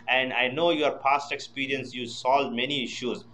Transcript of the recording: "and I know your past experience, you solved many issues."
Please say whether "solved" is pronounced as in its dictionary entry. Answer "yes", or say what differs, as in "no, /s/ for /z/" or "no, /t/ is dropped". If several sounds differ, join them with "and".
no, /v/ is dropped